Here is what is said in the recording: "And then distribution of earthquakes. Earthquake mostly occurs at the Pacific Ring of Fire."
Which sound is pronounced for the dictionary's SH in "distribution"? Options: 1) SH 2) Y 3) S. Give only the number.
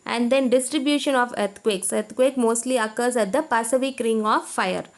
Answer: 1